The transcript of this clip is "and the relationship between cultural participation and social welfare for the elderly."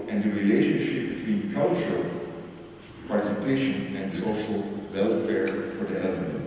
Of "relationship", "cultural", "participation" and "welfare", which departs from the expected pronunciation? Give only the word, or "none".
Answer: none